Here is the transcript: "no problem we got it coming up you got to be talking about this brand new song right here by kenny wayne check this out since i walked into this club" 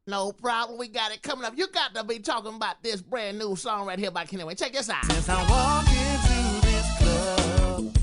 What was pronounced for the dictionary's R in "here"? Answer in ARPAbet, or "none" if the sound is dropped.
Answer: L